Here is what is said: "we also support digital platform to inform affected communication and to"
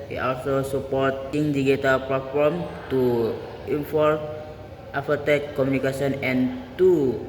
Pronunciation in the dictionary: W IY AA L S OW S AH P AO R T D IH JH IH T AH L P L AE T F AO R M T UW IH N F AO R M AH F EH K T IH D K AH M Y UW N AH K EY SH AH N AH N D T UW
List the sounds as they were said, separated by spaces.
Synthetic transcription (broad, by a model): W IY AA L S OW S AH P AO R T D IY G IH T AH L P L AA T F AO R M T UW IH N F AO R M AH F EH T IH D K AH M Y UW N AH K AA S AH N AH N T UW